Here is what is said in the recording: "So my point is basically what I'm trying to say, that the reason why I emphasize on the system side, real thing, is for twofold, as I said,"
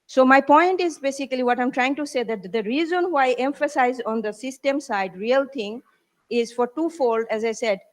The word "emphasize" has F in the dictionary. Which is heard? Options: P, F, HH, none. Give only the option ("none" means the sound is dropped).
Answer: F